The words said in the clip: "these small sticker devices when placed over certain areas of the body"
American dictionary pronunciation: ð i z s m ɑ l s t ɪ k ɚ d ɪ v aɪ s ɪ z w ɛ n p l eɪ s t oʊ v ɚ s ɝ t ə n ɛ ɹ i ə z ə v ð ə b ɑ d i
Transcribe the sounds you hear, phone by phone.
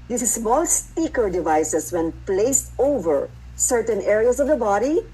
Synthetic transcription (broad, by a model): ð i s m ɑ l s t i k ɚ d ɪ v aɪ s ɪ s w ɛ n p l eɪ s t oʊ v ɚ s ɝ t ə n ɛ ɹ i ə s ə v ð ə b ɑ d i